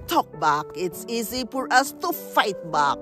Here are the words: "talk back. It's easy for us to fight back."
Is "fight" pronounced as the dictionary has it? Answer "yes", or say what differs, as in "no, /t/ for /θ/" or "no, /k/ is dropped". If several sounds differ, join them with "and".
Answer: yes